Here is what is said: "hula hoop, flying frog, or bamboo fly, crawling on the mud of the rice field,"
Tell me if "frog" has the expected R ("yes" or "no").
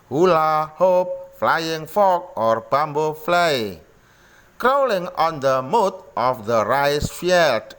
no